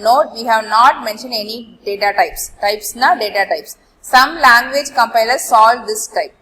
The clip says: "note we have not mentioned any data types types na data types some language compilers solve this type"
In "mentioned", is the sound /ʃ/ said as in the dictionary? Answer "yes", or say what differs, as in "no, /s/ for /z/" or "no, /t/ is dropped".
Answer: yes